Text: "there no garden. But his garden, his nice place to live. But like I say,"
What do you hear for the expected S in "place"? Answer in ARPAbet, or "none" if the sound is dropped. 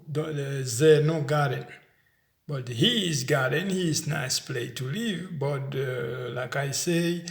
none